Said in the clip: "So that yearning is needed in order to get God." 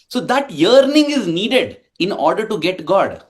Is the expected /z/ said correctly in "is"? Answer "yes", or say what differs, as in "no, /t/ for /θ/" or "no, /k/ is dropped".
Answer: yes